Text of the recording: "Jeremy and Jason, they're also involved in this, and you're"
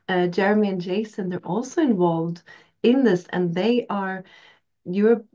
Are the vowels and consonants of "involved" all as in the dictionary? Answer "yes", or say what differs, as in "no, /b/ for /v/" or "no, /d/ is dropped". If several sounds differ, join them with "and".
yes